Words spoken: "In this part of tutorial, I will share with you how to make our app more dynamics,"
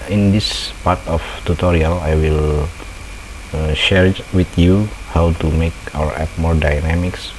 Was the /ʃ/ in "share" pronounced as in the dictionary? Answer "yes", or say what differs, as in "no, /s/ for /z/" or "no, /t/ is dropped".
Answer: yes